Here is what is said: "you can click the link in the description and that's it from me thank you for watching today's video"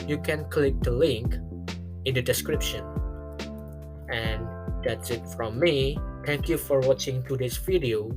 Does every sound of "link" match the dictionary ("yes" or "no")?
yes